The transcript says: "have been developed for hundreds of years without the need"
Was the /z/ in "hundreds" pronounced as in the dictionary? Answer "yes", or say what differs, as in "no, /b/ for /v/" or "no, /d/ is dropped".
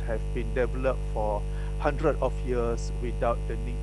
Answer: no, /z/ is dropped